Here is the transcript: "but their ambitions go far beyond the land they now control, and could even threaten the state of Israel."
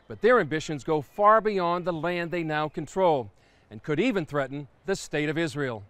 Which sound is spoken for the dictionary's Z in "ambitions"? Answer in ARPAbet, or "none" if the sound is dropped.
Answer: Z